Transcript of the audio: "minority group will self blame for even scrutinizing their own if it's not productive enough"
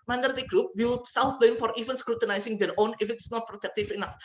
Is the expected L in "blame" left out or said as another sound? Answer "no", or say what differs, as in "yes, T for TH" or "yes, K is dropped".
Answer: yes, L is dropped